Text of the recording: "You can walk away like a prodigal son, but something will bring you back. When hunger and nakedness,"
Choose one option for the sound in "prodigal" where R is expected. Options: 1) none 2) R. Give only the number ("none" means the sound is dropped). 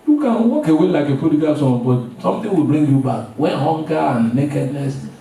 1